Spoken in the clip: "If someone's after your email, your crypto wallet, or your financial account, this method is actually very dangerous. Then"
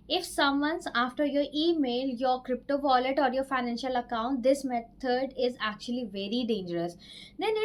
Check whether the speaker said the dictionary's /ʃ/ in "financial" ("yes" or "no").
yes